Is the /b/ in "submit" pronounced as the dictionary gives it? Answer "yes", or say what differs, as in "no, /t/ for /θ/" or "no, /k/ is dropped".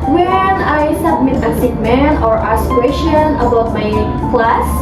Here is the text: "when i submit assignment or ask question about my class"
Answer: yes